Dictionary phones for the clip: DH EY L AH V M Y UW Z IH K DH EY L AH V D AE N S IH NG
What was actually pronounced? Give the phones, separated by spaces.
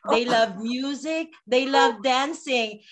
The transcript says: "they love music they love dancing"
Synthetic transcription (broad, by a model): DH EY L AH V M Y UW Z IH K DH EY L AH V D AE N S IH NG